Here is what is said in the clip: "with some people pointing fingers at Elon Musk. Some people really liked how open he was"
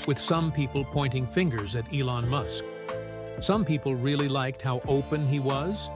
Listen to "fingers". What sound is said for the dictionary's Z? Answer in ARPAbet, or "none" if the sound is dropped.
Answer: Z